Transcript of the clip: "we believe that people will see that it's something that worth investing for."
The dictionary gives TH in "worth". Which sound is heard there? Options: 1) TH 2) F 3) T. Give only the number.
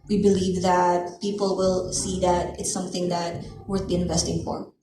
3